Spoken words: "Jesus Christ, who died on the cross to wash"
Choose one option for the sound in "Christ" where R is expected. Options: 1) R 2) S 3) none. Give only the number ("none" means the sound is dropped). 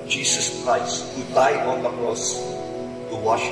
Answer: 1